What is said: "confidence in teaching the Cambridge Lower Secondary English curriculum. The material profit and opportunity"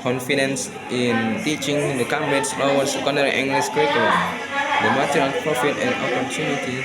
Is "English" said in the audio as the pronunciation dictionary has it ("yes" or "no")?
no